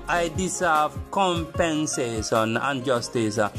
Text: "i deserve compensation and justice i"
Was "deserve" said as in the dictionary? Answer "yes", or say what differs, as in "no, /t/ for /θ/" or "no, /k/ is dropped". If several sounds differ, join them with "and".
no, /s/ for /z/